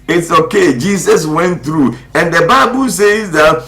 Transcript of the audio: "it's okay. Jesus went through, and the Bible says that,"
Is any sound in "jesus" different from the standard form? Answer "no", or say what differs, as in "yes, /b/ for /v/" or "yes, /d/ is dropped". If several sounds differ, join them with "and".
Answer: yes, /s/ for /z/